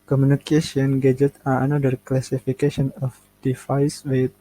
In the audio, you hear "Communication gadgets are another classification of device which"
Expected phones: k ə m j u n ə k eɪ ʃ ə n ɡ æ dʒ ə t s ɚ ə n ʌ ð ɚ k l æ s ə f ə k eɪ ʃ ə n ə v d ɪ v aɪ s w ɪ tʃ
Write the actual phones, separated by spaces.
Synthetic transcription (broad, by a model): k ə m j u n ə k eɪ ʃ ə n ɡ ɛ dʒ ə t ɑ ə n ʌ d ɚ k l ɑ s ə f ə k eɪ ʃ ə n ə f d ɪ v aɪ s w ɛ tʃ